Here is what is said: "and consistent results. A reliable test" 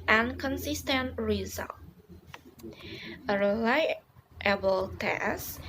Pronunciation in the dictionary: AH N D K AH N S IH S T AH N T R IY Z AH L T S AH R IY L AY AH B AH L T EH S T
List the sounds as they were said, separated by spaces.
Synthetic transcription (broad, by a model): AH N K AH N S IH S T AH N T R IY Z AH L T AH R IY L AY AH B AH L T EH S